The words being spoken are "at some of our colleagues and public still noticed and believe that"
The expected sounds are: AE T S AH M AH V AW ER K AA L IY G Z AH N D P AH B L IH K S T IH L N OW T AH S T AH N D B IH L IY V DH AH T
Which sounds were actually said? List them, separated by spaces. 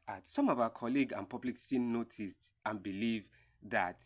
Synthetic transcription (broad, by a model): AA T S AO M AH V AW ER K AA L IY G AH N P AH B L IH K S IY N OW T AH S T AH N B IH L IY V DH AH T